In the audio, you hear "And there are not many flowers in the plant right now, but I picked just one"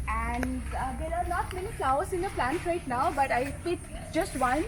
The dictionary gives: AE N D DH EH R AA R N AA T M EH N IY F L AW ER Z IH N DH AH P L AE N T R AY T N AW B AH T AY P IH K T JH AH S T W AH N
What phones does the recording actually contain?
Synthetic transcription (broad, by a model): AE N D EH R AA R N AA T M EH N IY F L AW ER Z IH N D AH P L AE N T R AY T N AW B AH T AY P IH T JH AH S T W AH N